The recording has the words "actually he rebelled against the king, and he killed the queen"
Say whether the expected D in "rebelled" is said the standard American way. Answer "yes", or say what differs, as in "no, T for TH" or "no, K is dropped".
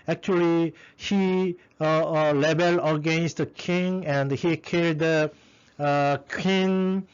no, D is dropped